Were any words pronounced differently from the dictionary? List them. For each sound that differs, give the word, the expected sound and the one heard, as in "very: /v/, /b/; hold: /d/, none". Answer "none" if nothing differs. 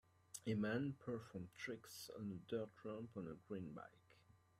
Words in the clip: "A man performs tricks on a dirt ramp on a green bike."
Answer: performs: /z/, none